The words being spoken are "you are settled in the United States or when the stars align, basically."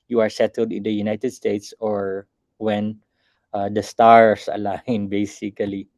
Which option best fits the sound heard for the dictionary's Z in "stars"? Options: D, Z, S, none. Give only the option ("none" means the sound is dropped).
S